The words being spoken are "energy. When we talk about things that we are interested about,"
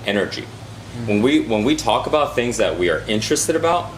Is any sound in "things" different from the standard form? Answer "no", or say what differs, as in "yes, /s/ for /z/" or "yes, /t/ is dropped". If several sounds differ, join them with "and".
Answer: no